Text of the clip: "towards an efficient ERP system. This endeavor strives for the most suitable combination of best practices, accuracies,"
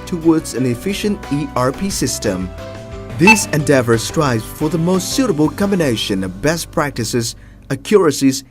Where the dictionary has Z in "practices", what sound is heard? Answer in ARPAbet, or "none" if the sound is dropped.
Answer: Z